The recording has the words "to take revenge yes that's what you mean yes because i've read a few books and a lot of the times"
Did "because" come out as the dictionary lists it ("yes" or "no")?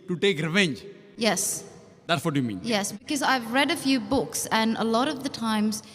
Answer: yes